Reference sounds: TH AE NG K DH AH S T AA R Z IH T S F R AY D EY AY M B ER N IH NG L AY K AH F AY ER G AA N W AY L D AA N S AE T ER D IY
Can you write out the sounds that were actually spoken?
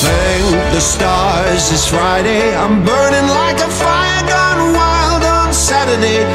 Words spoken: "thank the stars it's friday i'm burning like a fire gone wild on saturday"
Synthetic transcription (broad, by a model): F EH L DH AH S T AA R Z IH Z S F R AY D EY AY M B ER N IH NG L AY K AH F AY ER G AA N W AY L D N S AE T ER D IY